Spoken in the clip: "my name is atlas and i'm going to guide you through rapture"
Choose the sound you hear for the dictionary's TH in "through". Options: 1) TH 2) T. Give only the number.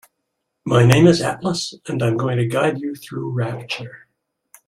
1